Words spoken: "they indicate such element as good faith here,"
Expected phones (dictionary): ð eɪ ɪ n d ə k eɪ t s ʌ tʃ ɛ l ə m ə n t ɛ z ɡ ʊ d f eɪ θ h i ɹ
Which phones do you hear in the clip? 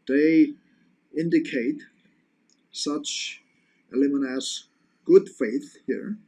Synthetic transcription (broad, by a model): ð eɪ ɪ n d ə k eɪ t s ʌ tʃ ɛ l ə m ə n ʌ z ɡ ʊ d f eɪ θ h i ɹ